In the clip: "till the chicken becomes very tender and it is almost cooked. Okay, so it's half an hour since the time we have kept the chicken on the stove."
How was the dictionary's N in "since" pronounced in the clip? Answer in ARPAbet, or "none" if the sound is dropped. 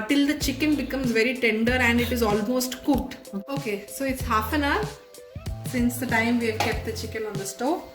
N